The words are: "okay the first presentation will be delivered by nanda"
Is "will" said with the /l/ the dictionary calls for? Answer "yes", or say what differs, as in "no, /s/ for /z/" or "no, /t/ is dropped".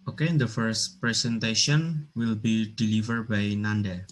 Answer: yes